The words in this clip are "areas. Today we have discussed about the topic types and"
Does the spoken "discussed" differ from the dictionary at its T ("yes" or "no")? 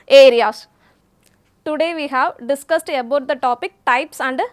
no